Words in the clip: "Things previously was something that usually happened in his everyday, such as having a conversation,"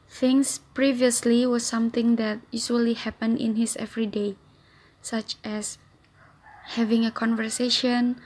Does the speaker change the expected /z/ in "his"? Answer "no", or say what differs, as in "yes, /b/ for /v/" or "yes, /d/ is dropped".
yes, /s/ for /z/